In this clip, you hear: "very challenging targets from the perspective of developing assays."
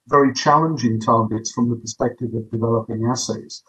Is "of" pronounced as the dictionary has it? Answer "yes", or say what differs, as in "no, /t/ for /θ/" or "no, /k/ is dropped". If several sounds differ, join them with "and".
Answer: yes